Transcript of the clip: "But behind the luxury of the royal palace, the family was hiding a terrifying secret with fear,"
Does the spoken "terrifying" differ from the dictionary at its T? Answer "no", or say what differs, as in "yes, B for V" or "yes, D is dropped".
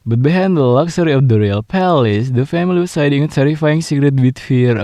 yes, S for T